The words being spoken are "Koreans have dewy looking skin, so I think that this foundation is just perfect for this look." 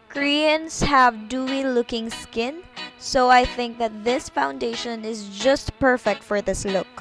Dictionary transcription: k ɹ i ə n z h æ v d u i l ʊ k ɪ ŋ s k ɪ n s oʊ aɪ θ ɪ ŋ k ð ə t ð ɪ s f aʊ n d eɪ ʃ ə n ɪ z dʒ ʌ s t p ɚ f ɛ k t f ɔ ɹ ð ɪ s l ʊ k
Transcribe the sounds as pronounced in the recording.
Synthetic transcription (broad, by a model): k ɹ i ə n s h æ v d u i l ʊ k ɪ ŋ s k ɪ n s oʊ aɪ θ ɪ ŋ k ð ə t ð ɪ s f aʊ n d eɪ ʃ ə n ɪ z dʒ ʌ s t p ɚ f ɛ k t f ɔ ɹ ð ɪ s l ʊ k